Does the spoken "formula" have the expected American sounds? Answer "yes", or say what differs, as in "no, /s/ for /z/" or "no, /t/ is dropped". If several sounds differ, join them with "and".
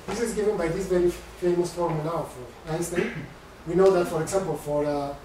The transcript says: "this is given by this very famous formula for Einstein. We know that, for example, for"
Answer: no, /l/ is dropped